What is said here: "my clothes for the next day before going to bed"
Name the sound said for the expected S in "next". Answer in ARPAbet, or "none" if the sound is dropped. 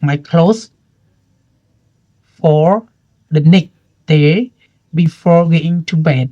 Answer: none